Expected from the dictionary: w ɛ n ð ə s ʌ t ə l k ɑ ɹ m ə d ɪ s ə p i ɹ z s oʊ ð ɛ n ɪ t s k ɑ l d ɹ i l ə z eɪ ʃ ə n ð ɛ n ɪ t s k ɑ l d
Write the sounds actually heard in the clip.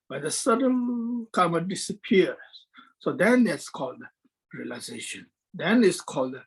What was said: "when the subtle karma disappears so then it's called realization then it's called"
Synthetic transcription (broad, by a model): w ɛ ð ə s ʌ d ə n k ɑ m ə d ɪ s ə p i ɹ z s oʊ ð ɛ n ɪ t s k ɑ l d ɹ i l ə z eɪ ʃ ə n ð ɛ n ɪ t s k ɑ l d